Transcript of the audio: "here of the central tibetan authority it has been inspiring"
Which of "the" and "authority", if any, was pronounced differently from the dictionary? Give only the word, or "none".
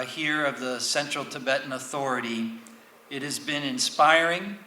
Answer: none